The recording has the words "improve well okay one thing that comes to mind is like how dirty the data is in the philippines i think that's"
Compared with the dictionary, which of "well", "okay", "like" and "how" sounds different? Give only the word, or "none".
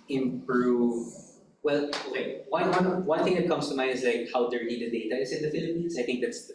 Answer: none